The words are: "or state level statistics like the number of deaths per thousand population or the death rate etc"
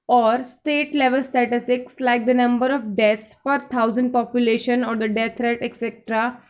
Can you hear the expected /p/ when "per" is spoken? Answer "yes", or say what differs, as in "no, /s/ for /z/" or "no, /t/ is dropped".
no, /f/ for /p/